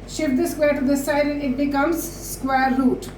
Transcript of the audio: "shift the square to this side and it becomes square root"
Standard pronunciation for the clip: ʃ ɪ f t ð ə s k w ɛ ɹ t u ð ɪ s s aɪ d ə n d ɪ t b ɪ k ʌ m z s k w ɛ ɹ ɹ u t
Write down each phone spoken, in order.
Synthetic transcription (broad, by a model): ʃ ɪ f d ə s k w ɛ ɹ t u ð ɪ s s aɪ ə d ɪ t b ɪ k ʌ m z s k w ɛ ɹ ɹ u t